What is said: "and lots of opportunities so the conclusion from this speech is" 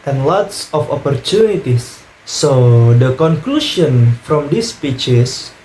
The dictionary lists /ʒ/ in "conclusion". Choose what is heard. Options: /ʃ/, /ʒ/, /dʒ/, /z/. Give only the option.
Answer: /ʃ/